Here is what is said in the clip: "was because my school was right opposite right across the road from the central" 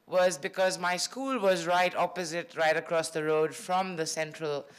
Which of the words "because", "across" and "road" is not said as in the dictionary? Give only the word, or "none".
none